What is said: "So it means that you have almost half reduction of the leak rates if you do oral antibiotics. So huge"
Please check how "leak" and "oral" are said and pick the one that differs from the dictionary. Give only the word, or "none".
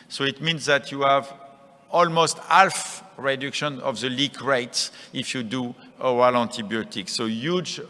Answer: oral